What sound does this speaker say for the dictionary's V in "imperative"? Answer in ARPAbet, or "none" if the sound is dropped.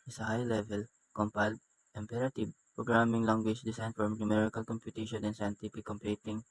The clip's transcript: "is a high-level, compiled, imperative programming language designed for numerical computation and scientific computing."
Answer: B